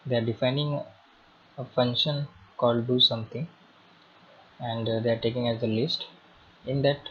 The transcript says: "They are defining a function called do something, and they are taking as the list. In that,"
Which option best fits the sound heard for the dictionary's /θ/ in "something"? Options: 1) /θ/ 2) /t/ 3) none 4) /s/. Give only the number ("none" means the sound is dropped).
2